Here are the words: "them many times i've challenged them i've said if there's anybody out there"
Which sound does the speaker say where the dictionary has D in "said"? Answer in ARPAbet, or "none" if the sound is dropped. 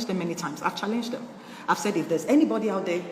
D